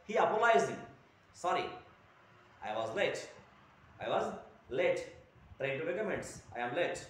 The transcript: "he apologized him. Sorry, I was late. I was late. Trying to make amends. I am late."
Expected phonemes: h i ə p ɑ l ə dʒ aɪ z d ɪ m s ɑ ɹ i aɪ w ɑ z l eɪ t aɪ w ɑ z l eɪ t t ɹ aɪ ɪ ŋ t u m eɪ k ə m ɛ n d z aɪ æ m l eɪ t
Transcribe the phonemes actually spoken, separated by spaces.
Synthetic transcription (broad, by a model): h i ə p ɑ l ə ɪ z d ɪ m s ɑ ɹ i aɪ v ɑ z l eɪ t aɪ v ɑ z l eɪ t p ɹ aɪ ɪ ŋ t u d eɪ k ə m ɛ n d s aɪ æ m l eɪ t